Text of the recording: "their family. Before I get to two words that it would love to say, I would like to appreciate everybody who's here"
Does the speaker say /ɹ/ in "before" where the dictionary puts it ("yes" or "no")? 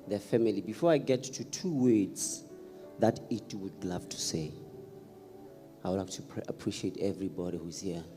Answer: yes